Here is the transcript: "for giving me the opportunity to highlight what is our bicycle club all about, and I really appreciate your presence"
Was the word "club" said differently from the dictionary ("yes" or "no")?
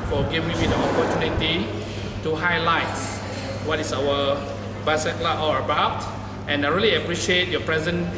yes